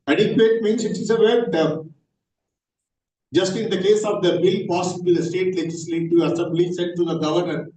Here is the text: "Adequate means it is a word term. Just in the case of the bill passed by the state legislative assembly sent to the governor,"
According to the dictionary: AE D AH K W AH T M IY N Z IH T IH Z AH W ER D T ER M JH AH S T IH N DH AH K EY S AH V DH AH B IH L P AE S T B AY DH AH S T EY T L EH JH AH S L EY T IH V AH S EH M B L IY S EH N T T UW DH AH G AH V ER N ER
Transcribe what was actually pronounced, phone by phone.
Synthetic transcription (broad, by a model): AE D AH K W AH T M IY N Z IH T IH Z AH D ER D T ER JH AH S T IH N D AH K EY S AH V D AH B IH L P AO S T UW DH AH S T EY T L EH JH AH S L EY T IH AH S EH M B L IY S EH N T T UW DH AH G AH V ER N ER